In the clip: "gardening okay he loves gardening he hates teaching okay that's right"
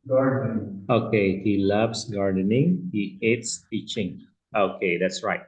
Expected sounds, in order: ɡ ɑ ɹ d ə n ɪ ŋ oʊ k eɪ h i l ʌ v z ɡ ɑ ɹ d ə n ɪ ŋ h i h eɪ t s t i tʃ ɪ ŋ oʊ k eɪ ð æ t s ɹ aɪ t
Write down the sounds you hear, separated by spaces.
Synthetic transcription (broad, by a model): ɡ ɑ ɹ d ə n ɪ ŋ oʊ k eɪ h i l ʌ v s ɡ ɑ ɹ d ə n ɪ ŋ h i h eɪ t s t i tʃ ɪ ŋ oʊ k eɪ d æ t s ɹ aɪ t